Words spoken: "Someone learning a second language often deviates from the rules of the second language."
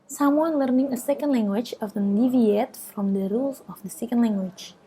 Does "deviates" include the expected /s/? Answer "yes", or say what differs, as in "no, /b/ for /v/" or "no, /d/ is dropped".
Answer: no, /s/ is dropped